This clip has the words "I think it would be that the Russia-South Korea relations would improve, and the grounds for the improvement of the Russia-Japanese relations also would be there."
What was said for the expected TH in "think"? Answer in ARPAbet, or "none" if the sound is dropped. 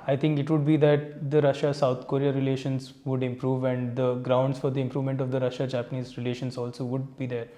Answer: T